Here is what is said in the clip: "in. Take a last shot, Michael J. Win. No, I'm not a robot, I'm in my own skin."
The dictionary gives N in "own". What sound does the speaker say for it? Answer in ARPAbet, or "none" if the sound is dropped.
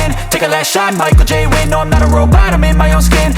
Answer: N